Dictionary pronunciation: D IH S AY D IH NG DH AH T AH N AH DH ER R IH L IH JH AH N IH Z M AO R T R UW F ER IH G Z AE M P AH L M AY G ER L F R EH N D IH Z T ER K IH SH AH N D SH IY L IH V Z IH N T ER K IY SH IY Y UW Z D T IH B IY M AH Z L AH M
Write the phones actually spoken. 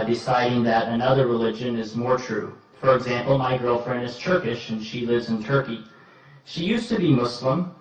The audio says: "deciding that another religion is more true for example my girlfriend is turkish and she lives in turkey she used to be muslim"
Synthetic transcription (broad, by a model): D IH S AY D IH NG DH AH T AH N AH DH ER R IH L IH JH AH N IH Z M AO R T R UW F ER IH G Z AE M P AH L M AY G ER L F R EH N D IH Z T ER K IH SH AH N SH IY L IH V Z IH N T ER K IY SH IY Y UW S T IH B IY M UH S L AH M